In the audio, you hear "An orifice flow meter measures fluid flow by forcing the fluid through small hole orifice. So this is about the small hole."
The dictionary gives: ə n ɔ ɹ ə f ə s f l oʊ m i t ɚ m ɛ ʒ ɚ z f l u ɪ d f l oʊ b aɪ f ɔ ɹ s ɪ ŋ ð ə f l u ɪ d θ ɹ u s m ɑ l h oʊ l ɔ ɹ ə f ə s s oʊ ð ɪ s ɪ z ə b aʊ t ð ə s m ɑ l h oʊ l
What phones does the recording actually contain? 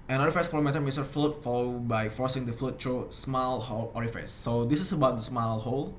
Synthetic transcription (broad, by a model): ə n ɔ ɹ ə f ə s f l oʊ m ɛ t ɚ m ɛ s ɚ f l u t f l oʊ b aɪ f ɔ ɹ s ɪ ŋ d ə f l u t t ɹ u s m ɑ l h oʊ l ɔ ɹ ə f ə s s oʊ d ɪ s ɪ s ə b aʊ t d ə s m ɑ l h oʊ l